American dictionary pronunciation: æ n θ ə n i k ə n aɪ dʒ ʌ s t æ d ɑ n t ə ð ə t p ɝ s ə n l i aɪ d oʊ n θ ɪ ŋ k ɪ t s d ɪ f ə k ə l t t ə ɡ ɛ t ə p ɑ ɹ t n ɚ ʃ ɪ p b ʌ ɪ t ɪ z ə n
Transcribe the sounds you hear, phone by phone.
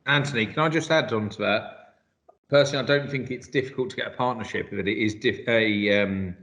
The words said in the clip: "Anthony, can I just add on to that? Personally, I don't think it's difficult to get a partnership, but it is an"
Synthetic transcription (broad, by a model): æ n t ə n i k ə n aɪ dʒ ʌ s t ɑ d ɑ n t ə ð ə t p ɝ s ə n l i aɪ d oʊ n θ ɪ ŋ k ɪ t s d ɪ f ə k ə l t t ə ɡ ɛ t ə p ɑ t n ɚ ʃ ɪ p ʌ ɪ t ɪ z ə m